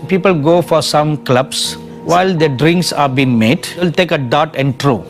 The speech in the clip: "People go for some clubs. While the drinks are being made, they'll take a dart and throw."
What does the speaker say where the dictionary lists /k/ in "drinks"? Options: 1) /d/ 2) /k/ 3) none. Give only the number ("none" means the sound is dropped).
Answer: 2